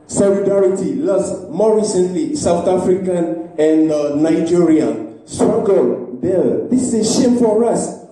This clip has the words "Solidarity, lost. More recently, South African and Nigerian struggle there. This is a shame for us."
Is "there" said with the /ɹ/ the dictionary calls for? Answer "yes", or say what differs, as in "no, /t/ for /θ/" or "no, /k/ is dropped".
no, /l/ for /ɹ/